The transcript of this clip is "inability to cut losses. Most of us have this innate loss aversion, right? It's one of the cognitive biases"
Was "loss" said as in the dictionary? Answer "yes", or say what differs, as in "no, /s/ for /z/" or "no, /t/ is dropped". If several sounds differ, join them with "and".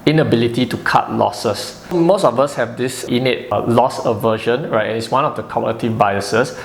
yes